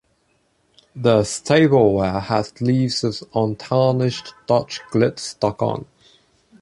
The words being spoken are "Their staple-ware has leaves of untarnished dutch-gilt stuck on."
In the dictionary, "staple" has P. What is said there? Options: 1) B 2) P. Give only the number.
1